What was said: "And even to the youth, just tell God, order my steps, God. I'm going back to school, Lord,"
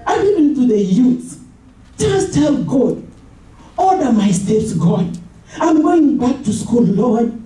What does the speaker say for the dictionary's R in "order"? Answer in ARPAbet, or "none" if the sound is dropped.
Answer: L